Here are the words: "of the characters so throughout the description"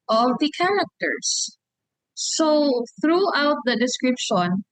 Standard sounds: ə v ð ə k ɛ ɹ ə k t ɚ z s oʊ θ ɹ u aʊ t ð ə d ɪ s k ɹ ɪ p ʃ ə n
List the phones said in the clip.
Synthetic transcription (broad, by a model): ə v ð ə k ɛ ɹ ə k t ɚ s oʊ θ ɹ u aʊ t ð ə d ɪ s k ɹ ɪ p ʃ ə n